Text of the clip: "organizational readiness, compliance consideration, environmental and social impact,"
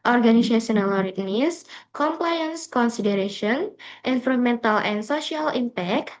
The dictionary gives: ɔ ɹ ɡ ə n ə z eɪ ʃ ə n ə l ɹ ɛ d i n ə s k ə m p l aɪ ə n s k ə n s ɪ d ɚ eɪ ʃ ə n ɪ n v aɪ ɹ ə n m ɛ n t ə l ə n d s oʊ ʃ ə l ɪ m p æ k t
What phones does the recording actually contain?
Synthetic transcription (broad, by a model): ɔ ɹ ɡ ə n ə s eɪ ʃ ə n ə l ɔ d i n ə s k ə m p l aɪ ə n s k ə n s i d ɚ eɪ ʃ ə n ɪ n f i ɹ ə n m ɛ n t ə l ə n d s oʊ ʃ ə l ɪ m p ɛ k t